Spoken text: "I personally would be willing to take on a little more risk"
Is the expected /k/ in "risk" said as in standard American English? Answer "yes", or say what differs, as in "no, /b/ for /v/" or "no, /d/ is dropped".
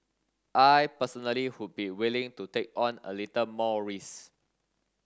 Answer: no, /k/ is dropped